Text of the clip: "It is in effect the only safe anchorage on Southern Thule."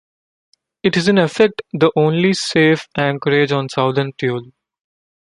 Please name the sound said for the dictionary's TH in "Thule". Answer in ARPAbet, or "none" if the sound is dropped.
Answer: T